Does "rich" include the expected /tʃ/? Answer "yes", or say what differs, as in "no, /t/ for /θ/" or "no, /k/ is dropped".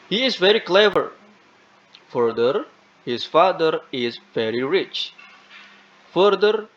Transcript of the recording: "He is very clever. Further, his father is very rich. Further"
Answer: yes